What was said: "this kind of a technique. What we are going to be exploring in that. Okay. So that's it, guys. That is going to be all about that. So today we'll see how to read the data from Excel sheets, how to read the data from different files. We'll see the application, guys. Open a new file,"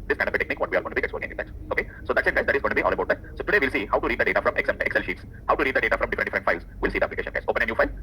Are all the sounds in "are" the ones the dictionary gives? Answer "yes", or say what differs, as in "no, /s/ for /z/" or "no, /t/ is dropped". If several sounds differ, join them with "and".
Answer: no, /l/ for /ɹ/